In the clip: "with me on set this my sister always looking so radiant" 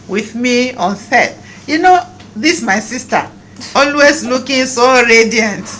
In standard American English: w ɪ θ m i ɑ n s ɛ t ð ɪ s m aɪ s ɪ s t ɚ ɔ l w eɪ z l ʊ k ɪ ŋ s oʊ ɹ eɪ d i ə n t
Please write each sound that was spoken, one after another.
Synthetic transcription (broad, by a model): w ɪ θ m i ɑ n θ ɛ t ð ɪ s m aɪ s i s t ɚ ɔ l w eɪ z l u k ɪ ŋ s oʊ ɹ eɪ d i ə n t